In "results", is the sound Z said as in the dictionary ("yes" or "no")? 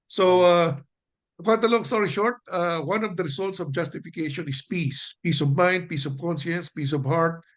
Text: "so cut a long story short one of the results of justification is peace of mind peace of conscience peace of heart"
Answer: no